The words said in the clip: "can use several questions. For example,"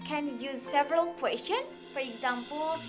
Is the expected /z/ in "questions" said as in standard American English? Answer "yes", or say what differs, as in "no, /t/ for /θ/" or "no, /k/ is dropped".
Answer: no, /z/ is dropped